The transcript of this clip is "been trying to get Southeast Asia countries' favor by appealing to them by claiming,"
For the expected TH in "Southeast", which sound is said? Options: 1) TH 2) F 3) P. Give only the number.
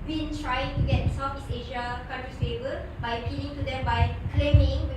2